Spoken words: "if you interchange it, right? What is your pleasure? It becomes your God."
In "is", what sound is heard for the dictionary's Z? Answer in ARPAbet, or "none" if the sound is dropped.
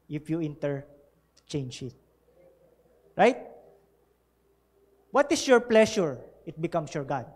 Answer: S